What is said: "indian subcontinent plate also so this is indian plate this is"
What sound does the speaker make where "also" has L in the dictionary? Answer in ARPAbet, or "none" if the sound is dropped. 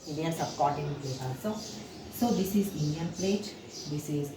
none